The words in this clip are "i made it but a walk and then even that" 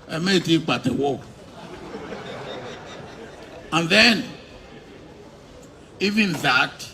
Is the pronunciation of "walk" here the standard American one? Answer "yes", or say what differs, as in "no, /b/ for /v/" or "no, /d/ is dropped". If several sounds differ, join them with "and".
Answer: no, /k/ is dropped